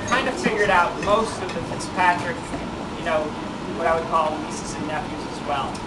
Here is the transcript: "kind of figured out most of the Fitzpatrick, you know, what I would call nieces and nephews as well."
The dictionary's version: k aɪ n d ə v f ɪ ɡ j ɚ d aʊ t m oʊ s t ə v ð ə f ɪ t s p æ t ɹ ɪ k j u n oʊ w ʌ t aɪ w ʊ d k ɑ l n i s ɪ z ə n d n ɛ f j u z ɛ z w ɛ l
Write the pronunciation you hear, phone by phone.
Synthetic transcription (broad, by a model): k aɪ n d ə v f ɪ ɡ j ɚ d aʊ t m oʊ s t ə v ð ə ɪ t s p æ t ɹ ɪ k j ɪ n oʊ w ʌ t aɪ w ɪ d k ɑ l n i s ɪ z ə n n ɛ f j u z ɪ z w ɛ l